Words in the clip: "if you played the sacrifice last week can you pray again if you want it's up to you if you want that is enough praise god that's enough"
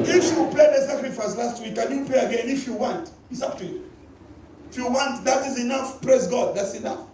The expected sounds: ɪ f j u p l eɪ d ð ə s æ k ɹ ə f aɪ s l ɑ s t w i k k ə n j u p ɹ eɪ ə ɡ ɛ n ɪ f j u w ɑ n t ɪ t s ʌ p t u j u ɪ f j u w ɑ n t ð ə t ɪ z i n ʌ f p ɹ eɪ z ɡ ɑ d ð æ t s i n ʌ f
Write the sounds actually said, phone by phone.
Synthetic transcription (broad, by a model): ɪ f j u p l eɪ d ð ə s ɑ k ɹ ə f aɪ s l ɑ s t w i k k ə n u p l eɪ ə ɡ ɛ n ɪ f j u w ɑ n t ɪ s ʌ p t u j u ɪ f j u w ɑ n t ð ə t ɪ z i n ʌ f p ɹ eɪ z ɡ ɑ d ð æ t s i n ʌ f